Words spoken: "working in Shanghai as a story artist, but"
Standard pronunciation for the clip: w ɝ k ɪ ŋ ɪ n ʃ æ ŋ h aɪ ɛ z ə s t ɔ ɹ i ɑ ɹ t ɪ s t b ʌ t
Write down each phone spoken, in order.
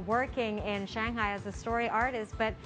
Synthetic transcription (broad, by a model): w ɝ k ɪ ŋ ɪ n ʃ æ ŋ h aɪ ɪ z ə s t ɔ ɹ i ɑ ɹ t ɪ s t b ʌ t